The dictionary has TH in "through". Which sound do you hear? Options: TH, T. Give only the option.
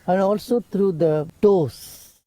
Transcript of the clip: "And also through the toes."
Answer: T